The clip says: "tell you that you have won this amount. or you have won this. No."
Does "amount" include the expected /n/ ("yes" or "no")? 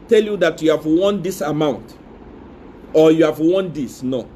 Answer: yes